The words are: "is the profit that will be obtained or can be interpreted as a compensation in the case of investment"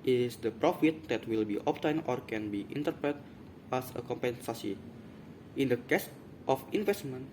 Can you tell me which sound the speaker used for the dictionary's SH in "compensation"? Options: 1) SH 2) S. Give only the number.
2